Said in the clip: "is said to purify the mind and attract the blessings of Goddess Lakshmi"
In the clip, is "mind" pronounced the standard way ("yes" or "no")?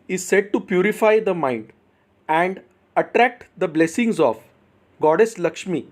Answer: yes